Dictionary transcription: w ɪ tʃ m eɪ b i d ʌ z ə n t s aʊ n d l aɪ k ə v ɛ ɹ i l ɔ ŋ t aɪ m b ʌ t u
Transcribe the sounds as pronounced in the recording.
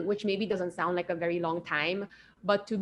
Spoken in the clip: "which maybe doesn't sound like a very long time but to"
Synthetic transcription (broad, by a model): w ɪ tʃ m eɪ b i d ʌ z ə n t s aʊ n d l aɪ k ə v ɛ ɹ i l ɔ ŋ t aɪ m b ʌ t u